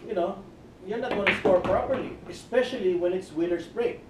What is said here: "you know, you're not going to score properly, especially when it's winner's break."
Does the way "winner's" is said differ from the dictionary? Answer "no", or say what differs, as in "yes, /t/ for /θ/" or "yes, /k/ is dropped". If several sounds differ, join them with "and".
yes, /s/ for /z/